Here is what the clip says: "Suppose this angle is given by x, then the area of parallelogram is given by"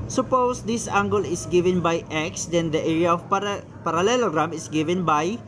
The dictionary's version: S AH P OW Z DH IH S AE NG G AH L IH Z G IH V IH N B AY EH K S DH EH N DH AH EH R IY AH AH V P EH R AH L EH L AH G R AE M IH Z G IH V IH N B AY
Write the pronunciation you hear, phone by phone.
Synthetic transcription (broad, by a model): S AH P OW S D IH S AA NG G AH L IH S G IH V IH N B AY EH K S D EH N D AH EH R IY AH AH P P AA R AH L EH L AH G R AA M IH S G IH V IH N B AY